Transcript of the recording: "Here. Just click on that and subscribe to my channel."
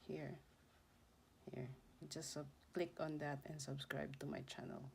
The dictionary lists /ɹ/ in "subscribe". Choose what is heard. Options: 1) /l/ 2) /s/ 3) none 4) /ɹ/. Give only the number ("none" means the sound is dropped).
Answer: 4